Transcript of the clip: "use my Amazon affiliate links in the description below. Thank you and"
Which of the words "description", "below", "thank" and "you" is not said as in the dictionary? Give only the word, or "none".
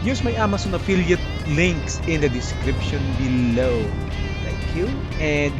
thank